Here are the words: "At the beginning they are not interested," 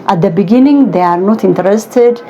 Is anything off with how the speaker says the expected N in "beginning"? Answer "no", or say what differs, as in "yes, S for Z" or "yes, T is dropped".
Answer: no